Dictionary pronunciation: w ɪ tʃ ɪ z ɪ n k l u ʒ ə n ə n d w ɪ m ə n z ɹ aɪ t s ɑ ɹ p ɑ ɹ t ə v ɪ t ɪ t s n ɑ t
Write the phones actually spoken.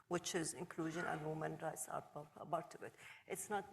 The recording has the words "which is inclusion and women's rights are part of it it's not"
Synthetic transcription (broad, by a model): w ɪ tʃ ɪ z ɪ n k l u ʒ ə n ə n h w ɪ m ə n ɹ aɪ t s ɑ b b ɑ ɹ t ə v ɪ t ɪ t s n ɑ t